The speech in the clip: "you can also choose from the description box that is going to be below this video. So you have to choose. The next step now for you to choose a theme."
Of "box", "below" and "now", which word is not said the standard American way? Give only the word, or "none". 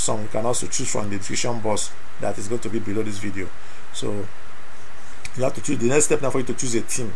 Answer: box